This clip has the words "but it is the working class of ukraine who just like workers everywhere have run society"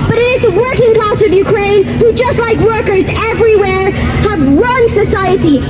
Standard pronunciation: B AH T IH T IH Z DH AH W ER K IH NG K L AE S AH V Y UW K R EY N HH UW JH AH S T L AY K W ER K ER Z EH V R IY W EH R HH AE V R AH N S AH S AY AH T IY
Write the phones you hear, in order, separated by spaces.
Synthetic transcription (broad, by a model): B AH T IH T IH Z DH AH W ER K IH NG K L AE S AH V Y UW K R EY N HH UW JH AH S T L AY K W ER K ER Z EH V R IY W EH R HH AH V R AH N S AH S AY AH T IY